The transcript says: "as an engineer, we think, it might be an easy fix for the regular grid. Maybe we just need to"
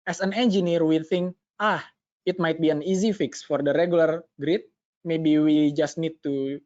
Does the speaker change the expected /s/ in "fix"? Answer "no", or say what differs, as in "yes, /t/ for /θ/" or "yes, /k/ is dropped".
no